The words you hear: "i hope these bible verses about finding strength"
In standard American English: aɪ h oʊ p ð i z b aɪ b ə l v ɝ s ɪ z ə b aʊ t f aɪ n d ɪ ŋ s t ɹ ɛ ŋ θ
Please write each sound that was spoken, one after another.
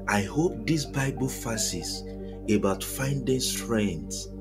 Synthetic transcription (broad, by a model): aɪ h oʊ p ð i s b aɪ b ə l f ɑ s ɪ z ə b aʊ t f aɪ n d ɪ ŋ s t ɹ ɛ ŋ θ